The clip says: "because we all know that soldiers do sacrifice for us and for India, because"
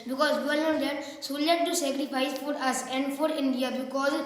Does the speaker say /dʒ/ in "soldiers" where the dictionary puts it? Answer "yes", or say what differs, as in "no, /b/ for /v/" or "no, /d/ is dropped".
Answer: no, /dʒ/ is dropped